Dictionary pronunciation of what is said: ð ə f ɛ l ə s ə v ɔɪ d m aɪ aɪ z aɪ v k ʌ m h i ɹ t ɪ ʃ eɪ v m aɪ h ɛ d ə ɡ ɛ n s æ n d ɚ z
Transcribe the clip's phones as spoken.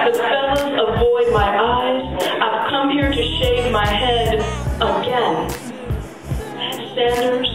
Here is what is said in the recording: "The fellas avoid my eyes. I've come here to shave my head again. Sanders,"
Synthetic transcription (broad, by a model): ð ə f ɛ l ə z ə v ɔɪ d m aɪ aɪ z aɪ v k ʌ m h i ɹ t ɪ ʃ eɪ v m aɪ h ɛ d ə ɡ ɛ n s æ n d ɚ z